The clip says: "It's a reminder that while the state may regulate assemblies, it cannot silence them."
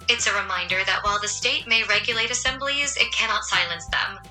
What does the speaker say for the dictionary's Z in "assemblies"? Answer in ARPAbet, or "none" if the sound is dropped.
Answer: Z